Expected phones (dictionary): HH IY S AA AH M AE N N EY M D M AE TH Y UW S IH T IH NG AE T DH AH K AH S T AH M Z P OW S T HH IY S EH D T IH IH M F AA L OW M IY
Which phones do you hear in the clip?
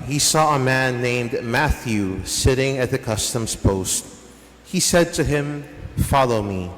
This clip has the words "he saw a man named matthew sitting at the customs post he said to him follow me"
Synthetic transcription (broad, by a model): HH IY S AA AH M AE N N EY M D M AE TH Y UW S IH T IH NG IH T DH AH K AH S T AH M Z P OW S T HH IY S EH D T IH IH M F AA L OW M IY